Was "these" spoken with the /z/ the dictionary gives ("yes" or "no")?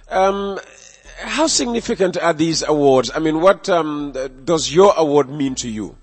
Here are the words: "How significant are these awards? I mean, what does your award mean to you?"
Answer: yes